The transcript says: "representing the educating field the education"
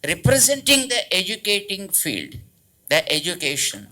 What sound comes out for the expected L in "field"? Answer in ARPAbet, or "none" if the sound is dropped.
L